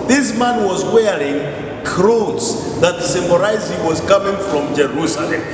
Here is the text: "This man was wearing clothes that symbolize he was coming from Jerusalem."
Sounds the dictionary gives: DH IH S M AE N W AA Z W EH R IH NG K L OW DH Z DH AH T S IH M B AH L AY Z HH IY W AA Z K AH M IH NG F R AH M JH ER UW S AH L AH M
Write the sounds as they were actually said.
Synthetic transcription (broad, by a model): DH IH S M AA N W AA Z W EH R IH NG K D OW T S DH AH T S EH M AH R AY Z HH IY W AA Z K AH M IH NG F R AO M JH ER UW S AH L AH M